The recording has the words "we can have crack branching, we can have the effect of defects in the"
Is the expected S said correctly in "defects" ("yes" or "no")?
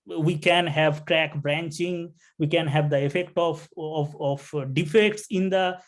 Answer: yes